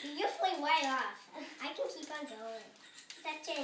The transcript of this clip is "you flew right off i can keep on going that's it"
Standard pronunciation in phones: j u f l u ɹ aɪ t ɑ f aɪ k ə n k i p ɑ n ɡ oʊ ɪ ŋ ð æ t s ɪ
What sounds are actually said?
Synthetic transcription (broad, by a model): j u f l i w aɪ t ɑ f aɪ k ə n k i p ɑ n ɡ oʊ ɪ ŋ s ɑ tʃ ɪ